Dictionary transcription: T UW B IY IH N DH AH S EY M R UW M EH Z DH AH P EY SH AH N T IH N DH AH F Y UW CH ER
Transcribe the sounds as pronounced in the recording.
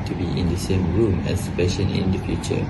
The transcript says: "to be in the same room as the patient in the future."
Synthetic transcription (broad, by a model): T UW B IY IH N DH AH S EY M R UW M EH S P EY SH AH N IH N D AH F Y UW CH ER